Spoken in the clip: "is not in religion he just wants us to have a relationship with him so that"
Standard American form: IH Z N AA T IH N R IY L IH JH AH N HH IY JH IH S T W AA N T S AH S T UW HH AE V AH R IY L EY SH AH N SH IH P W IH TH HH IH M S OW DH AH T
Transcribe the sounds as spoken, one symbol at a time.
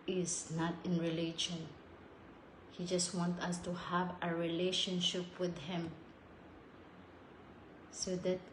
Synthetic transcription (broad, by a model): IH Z N AA T IH N R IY L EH SH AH N HH IY JH IH S T W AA N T AH S T UW HH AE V AH R IY L EY SH AH N SH IH P W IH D HH IH M S OW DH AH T